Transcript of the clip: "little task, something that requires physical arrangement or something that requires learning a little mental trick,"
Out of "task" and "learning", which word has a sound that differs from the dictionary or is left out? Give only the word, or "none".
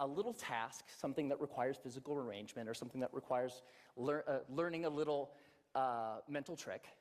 none